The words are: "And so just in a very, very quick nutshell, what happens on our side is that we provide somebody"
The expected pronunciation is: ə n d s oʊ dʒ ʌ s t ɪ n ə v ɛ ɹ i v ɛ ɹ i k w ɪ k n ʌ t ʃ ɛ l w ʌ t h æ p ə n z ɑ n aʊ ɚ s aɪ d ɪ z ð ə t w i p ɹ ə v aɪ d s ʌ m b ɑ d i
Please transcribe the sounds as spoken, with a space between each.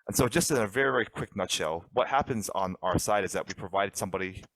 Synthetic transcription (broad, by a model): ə n s oʊ dʒ ʌ s t ɪ n ə v ɛ ɹ i v ɛ ɹ i k w ɪ k n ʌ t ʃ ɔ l w ʌ t h æ p ə n z n aʊ ɚ s aɪ d ɪ z ð ə t w i p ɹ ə v aɪ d s ʌ m b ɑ d i